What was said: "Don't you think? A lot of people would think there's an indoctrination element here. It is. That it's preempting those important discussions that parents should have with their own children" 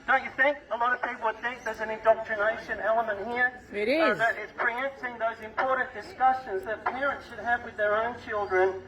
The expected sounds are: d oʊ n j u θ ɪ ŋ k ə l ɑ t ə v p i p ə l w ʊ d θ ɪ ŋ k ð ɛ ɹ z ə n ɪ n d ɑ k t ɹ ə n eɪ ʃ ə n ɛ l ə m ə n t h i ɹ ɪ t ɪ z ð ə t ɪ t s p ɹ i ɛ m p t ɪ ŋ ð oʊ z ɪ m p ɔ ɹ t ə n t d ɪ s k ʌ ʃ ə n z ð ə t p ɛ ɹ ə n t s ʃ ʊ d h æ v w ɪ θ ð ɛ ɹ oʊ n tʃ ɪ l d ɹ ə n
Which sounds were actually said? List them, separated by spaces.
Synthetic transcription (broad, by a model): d oʊ n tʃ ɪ θ ɪ ŋ k ə l ɑ t ə v p i p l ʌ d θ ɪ k ð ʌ ɹ z ə n ɪ n d ɑ k t ɹ ə n eɪ ʃ ə n ɛ l ə m ə n t h i ɹ ɪ t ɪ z ð ə t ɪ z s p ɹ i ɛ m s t ɪ ŋ ð oʊ z ɪ m p ɔ ɹ t n d ɪ s k ʌ ʃ ə n z ð ə t p ɛ ɹ ə n t s ʃ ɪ d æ v w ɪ ð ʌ ɹ oʊ n tʃ ɪ l d ɹ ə n